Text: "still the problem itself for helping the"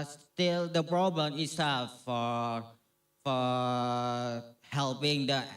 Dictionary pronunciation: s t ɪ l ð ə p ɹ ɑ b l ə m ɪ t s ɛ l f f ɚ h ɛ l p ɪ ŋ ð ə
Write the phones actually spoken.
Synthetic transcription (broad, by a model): s t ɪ l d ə p ɹ ɑ b l ə m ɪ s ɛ f f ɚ h ɛ l p ɪ ŋ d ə